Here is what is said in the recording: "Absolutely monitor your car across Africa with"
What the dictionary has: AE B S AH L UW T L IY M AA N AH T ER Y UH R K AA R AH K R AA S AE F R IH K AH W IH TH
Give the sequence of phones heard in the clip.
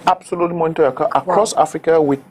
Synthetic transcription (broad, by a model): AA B S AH L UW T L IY M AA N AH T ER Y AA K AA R AH K R AA S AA F R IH K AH W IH